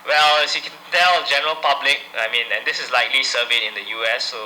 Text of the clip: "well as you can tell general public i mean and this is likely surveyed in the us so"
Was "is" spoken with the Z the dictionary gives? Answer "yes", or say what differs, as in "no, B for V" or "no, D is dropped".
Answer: no, S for Z